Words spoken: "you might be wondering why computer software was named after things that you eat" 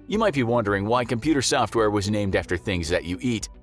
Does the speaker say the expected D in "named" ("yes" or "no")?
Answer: yes